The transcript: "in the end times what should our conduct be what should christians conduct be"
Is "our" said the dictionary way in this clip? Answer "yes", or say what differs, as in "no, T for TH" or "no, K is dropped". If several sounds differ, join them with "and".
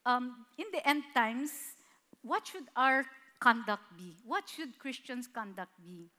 yes